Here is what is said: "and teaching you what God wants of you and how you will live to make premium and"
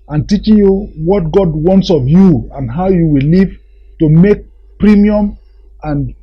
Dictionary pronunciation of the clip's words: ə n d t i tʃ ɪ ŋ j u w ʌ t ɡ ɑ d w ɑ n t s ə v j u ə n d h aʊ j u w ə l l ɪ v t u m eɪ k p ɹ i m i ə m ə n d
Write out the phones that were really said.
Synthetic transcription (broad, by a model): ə n t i tʃ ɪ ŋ j u w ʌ t ɡ ɑ d w ɑ n t s ə v j u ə n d h aʊ j u w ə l l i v t u m eɪ k p ɹ i m i ə m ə n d